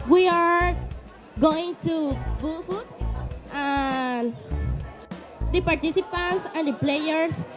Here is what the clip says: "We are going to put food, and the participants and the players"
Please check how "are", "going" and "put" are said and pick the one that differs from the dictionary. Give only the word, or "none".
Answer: put